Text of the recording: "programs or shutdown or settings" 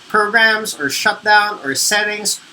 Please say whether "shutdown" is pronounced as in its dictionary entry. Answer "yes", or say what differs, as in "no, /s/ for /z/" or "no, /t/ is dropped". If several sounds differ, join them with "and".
yes